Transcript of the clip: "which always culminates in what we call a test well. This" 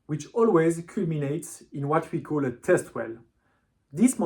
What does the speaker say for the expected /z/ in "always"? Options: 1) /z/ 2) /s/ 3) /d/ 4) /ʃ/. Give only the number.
1